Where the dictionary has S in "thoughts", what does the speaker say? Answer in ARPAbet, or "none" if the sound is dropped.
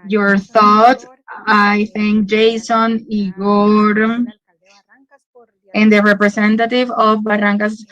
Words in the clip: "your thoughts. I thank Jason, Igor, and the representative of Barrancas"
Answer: none